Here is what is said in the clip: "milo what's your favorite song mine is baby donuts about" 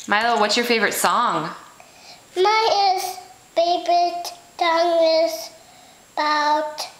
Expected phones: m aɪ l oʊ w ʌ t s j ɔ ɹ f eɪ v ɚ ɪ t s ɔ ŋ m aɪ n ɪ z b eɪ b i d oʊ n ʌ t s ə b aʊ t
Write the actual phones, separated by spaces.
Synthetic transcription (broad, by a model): m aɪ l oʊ w ʌ t s j ɔ ɹ f eɪ v ɚ ɪ t s ɔ ŋ m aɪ ɪ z b eɪ b i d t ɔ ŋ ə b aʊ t